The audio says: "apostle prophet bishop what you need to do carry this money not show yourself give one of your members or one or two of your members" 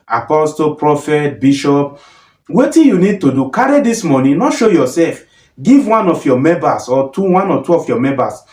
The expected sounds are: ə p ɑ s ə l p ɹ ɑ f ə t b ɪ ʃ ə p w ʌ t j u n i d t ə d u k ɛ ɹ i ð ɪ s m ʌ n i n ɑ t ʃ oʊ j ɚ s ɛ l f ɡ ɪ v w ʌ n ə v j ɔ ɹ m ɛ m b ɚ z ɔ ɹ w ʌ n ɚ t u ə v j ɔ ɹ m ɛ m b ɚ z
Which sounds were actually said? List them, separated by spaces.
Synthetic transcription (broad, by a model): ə p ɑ s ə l p ɹ ɑ f ə t b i ʃ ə p w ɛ t j u n i d t ə d u k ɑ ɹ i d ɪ s m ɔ n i n ɑ t ʃ oʊ j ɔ s ɛ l f ɡ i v w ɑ n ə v j ɔ m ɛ m b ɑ s ɔ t w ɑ n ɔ t u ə f j ɔ m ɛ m b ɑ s